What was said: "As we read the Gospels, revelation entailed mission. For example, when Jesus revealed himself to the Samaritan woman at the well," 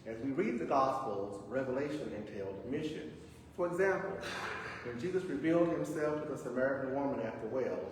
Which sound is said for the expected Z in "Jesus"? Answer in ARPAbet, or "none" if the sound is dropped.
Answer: Z